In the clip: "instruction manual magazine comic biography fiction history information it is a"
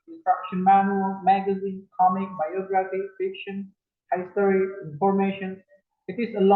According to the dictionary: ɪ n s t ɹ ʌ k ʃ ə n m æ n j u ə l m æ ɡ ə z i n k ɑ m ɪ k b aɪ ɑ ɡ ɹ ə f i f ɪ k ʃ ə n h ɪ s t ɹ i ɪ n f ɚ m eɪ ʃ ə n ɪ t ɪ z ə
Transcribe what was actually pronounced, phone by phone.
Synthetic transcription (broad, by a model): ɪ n s t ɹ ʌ k ʃ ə n m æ n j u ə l m æ ɡ ə z i n k ɑ m ɪ k b aɪ ɑ ɡ ɹ ə f i f ɪ k ʃ ə n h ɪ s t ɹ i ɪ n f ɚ m eɪ ʃ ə n ɪ t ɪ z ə